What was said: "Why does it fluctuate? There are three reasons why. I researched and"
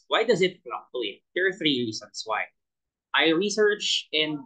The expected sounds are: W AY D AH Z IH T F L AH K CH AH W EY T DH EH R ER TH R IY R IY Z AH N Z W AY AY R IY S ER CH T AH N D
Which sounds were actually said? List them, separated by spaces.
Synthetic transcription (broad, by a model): W AY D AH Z IH T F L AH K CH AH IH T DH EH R TH R IY R IY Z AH N S W AY AY R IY S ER CH AH N D